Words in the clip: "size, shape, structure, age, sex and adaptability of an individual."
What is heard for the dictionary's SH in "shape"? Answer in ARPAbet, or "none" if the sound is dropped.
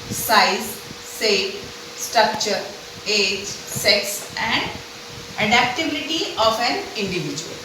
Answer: S